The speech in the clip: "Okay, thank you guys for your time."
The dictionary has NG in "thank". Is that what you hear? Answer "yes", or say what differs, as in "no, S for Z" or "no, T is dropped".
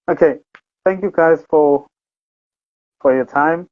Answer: yes